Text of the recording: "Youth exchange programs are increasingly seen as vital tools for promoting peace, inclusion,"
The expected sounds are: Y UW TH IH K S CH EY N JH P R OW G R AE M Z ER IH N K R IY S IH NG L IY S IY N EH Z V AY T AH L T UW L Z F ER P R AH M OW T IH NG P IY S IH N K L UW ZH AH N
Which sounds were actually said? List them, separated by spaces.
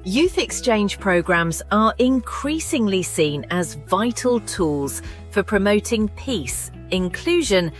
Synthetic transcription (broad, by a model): Y UW TH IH K S CH EY N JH P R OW G R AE M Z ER IH N K R IY S IH NG L IY S IY N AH Z V AY T AH L T UW L Z F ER P R AH M OW T IH NG P IY S IH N K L UW ZH AH N